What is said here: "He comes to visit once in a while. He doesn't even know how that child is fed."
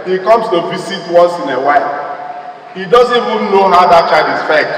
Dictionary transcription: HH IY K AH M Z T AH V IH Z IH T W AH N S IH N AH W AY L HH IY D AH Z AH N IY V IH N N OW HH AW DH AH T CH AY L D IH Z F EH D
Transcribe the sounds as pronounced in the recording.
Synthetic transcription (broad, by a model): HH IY K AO M S T AH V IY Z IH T W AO N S IH N AH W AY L HH IY D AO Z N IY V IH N N OW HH AW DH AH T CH AY D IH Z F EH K